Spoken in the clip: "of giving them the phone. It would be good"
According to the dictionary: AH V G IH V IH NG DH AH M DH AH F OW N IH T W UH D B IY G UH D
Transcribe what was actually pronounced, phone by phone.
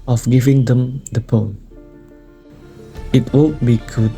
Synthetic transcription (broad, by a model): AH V G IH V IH NG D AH M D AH P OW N IH T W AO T B IY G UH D